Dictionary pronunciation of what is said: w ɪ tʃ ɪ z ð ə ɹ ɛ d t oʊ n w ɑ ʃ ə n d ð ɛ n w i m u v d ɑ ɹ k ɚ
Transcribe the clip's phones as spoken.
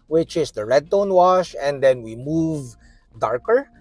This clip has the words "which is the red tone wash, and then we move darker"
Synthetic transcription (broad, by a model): w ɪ tʃ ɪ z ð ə ɹ ɛ d t oʊ n w ɑ ʃ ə n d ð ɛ n w i m u v d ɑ ɹ k ɚ